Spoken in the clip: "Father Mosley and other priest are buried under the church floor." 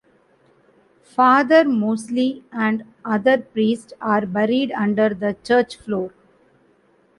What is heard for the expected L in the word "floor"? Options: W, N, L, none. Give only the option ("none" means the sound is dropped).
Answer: L